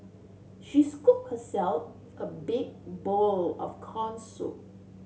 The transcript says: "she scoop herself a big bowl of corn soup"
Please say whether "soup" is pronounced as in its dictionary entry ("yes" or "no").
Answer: no